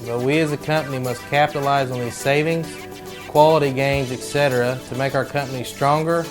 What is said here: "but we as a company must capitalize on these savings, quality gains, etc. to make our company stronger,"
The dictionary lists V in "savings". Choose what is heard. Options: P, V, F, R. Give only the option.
V